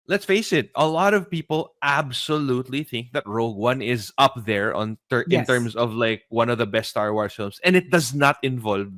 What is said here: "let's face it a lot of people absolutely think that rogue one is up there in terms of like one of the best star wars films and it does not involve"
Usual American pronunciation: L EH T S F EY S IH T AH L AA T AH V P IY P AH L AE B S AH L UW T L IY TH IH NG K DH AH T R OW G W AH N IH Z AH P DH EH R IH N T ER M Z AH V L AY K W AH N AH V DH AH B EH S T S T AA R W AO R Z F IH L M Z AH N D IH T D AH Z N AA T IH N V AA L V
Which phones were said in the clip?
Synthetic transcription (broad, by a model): L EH T S F EY S IH T AH L AA T AH V P IY P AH L AE B S AH L UW T L IY TH IH NG K DH AH T R OW G W AH N IH Z AH P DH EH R IH N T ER M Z AH V L AY K W AH N AH V DH AH B EH S T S T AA R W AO R F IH L M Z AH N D IH T D AH Z N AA T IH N V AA L V